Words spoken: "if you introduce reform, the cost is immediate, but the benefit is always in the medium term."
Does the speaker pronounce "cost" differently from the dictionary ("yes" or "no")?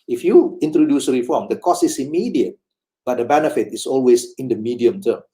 yes